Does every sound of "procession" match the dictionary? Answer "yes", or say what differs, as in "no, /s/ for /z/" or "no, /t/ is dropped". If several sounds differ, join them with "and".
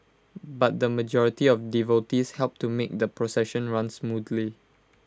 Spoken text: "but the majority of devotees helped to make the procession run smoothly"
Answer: yes